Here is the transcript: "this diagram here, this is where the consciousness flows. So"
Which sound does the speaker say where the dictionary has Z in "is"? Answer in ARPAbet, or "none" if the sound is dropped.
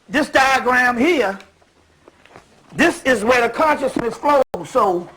Z